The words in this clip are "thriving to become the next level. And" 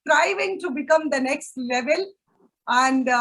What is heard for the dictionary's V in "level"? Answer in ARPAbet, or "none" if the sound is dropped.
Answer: V